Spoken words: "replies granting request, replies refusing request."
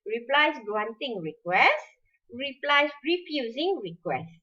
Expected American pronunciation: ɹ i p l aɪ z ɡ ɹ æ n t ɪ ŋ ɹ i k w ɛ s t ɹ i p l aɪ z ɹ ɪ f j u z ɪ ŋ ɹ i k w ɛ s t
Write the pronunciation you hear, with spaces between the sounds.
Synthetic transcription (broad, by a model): ɹ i p l aɪ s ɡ w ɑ n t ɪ ŋ ɹ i k w ɛ s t ɹ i p l aɪ s ɹ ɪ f j u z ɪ ŋ ɹ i k w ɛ s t